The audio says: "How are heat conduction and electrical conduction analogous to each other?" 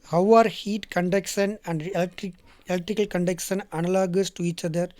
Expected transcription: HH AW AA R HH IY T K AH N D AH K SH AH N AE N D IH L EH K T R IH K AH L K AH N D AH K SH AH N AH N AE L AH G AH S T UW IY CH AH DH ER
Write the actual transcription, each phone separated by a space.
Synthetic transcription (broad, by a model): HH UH AA R HH IY T K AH N D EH K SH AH N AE N D IH L EH K T R IH K AH L K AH N D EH K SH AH N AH N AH L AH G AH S T UW IY CH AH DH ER